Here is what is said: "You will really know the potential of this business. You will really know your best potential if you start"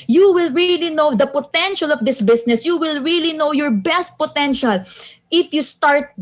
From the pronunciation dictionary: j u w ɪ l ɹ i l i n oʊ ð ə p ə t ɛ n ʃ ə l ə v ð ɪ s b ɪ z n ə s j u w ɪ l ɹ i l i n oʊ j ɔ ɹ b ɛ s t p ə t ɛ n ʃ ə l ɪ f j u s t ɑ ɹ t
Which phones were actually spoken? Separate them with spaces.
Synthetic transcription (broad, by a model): j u w ɪ l ɹ i l i n oʊ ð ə p ə t ɛ n ʃ ə l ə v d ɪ s b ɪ s n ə s j u w ɪ l ɹ i l i n oʊ j ɔ ɹ b ɛ s t p ə t ɛ n ʃ ə l ɪ f j u s t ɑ ɹ t